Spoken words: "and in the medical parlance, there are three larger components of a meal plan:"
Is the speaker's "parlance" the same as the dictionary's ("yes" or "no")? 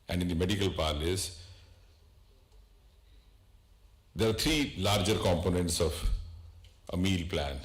no